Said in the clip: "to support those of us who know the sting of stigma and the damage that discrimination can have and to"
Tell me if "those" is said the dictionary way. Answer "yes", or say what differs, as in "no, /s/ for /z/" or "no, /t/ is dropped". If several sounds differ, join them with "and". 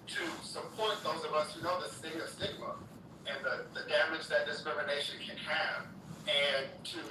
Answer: yes